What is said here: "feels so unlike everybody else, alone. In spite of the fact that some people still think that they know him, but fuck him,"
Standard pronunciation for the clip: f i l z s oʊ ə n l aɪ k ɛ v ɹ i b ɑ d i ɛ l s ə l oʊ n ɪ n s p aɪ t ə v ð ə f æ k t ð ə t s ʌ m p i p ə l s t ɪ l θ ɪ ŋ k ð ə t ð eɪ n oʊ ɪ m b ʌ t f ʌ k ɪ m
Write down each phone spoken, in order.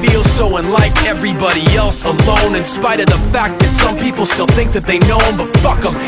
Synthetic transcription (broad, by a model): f i l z s oʊ ə n l aɪ k ɛ v ɹ i b ɑ d i ɛ l s ə l oʊ n ɪ n s p aɪ t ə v ð ə f æ k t ð ə t s ʌ m p i p l s t ɪ l θ ɪ ŋ k ð ə t ð eɪ n oʊ ɪ m b ʌ t f ʌ k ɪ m